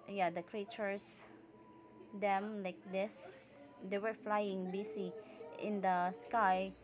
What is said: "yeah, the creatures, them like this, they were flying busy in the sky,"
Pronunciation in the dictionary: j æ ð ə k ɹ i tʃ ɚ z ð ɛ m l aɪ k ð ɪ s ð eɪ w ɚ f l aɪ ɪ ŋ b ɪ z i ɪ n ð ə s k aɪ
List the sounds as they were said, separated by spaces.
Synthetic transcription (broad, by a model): j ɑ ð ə k ɹ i tʃ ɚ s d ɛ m l aɪ k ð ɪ s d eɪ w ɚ f l aɪ ɪ ŋ b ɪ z i ɪ n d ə s k aɪ